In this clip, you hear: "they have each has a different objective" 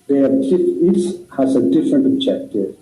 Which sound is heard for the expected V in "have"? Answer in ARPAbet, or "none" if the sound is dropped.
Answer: F